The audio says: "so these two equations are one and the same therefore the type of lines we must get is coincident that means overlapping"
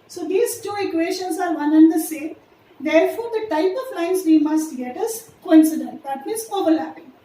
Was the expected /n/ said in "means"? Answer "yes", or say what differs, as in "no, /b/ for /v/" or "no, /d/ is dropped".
no, /n/ is dropped